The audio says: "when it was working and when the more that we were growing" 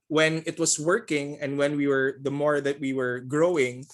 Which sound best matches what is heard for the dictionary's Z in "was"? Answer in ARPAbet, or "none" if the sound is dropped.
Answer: S